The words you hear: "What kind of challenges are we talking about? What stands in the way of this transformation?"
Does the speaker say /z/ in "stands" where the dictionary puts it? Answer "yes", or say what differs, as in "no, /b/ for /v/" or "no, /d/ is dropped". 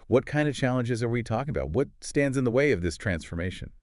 yes